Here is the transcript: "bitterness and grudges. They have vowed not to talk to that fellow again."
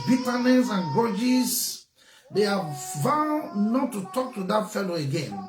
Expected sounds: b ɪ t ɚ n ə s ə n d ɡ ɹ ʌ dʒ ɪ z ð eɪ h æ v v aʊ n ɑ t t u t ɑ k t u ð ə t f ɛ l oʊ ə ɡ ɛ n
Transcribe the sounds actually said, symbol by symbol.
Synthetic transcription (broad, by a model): b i t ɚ n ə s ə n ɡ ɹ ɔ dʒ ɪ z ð eɪ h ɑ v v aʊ n ɑ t t u t ɑ k t u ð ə t f ɛ l oʊ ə ɡ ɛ n